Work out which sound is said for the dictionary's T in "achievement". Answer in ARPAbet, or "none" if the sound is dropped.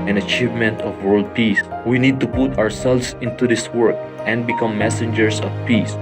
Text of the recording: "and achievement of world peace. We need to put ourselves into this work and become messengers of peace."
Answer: T